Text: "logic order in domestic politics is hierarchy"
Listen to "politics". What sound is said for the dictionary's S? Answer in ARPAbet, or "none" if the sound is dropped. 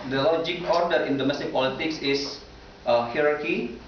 S